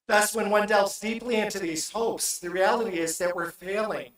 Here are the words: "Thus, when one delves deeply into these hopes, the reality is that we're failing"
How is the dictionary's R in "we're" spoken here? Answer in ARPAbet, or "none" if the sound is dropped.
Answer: R